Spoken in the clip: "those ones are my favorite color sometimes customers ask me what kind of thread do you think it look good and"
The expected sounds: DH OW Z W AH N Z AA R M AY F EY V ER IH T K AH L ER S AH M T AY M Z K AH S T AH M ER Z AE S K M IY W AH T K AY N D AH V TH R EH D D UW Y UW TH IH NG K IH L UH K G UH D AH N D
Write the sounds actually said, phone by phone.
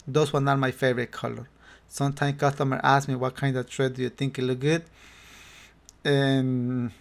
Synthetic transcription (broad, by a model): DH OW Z W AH N AA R M AY F EY V ER IH T K AH L ER S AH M T AY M K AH S T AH M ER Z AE S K M IY W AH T K AY N D AH V T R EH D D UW Y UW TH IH NG K IH L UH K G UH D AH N